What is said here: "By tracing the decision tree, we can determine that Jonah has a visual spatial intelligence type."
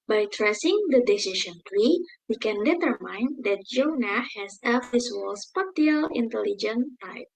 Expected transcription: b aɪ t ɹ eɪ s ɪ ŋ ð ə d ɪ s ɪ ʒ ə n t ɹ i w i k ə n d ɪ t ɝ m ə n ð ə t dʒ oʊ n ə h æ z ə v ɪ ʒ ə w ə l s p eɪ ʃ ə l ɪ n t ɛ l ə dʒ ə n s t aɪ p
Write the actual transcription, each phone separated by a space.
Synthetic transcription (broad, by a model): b aɪ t ɹ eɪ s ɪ ŋ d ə d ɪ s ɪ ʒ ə n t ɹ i w i k ə n d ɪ t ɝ m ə n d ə t dʒ oʊ n ə h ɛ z ə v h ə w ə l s p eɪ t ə l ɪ n t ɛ l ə dʒ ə n t aɪ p